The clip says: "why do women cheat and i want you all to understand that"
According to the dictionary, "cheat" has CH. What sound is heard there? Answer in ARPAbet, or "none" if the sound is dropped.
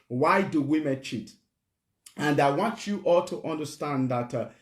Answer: CH